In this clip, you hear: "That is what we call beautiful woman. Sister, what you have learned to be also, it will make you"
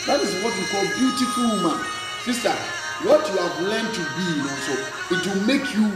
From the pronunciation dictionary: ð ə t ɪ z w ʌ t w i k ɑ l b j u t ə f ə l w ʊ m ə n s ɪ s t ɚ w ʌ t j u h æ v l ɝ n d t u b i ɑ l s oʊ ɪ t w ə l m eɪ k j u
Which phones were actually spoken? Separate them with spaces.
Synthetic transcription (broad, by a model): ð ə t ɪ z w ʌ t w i k ɑ l b j u t ə f ə l m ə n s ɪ s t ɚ w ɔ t j u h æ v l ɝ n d t u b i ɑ s oʊ ɪ t w ə l m eɪ k j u